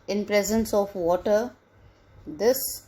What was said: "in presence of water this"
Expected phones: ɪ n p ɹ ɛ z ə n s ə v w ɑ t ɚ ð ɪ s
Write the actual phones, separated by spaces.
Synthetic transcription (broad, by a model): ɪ n p ɹ ɛ z ə n s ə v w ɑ t ɚ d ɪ s